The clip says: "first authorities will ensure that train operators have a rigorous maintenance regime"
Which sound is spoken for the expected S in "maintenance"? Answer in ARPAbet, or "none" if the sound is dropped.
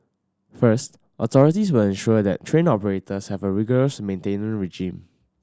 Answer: none